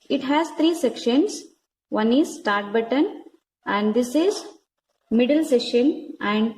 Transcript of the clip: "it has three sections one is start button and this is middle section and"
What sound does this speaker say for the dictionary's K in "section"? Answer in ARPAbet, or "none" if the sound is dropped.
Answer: none